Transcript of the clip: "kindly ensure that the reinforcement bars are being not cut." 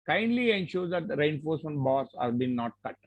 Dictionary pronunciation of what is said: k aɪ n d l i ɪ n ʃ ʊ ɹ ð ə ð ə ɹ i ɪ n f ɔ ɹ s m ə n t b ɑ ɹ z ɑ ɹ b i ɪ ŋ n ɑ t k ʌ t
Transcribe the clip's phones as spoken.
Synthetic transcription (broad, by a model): k aɪ n d l i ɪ n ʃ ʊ ɹ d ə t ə ɹ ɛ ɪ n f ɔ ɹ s ə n b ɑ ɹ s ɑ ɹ b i n ɑ t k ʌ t